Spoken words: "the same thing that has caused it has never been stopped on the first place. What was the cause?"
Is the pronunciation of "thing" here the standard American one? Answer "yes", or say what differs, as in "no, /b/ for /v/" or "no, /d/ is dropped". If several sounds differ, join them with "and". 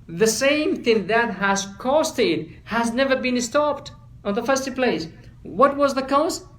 yes